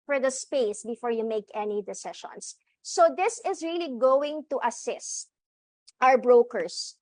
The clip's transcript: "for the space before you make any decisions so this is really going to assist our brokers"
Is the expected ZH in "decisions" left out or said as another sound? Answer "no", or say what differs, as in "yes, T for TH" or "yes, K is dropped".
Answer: yes, SH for ZH